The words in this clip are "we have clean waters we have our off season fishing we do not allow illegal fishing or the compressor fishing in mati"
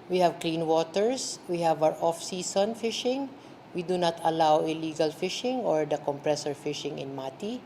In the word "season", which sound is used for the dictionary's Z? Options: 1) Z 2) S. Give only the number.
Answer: 2